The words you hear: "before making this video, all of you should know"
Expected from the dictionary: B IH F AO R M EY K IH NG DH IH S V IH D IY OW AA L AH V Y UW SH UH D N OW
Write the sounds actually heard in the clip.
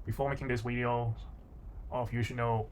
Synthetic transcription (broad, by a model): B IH F AO R M EY K IH NG DH IH S W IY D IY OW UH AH F Y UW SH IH D N OW